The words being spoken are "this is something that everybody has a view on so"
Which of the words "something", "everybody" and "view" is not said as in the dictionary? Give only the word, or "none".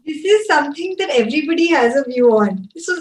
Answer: something